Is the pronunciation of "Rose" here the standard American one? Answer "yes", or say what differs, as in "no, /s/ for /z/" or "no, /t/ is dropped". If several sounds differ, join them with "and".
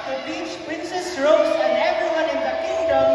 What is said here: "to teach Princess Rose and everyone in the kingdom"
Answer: no, /s/ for /z/